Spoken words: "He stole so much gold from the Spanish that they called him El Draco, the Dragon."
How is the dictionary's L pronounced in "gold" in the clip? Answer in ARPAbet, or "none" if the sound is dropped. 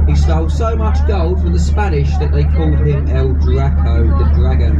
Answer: L